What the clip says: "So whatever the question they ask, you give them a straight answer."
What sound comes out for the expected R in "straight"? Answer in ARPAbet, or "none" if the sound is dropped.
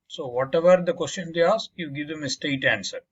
none